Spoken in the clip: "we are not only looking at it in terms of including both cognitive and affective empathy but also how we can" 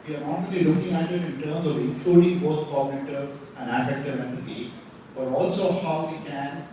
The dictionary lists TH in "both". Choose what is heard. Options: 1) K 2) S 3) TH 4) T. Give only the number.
4